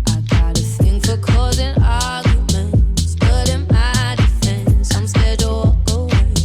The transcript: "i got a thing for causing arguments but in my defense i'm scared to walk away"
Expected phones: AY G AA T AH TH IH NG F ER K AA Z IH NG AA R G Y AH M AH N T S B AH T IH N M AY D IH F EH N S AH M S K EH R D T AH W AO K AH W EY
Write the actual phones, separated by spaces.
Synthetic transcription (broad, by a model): AY G AA T AH TH IH NG F ER K AA Z IH NG AA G Y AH M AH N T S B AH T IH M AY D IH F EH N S AH M S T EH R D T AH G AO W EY